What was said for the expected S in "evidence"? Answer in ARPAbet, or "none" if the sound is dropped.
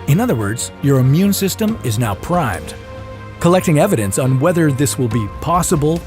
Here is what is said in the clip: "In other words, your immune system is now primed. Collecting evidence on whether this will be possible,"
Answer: S